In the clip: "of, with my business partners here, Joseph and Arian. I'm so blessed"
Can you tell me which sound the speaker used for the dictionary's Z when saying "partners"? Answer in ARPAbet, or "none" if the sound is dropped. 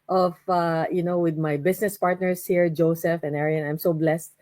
S